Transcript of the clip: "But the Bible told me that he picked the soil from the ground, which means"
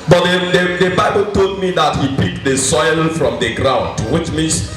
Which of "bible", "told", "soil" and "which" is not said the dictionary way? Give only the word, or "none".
none